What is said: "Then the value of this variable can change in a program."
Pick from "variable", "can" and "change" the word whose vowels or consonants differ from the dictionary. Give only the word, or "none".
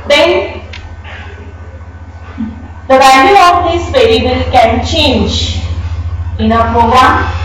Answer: variable